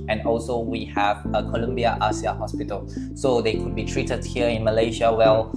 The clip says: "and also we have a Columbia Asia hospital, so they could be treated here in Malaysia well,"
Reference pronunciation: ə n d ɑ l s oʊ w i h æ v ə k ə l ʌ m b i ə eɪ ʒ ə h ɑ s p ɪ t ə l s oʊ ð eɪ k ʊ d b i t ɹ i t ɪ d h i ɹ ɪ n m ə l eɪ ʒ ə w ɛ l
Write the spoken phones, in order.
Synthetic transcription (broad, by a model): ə n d ɑ l s oʊ w i h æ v ə k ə l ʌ m b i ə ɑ s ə h ɑ s p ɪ t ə l s oʊ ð eɪ k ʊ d b i t ɹ i t ɪ d h i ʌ ɪ n m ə l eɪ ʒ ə w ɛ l